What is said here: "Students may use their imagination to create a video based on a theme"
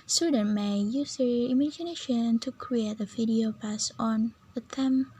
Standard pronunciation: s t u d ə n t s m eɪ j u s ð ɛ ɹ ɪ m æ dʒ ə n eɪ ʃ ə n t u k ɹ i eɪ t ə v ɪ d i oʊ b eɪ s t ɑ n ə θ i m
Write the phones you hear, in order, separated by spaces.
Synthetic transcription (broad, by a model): s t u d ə n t m eɪ j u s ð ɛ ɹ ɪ m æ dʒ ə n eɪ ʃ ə n t u k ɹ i eɪ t ə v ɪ d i oʊ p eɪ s ɑ n ə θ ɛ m